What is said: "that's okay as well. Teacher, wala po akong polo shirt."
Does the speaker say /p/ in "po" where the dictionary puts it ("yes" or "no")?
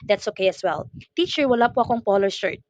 yes